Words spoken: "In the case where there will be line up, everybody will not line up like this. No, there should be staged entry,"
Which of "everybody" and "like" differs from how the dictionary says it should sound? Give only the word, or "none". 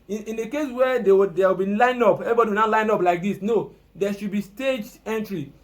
everybody